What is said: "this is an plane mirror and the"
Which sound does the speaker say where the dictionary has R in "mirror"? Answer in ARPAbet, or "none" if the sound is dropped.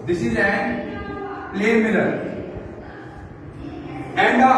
L